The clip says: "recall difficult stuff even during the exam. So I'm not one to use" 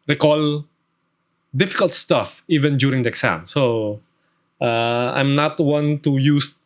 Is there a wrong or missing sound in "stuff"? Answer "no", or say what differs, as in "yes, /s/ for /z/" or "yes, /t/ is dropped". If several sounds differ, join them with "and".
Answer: no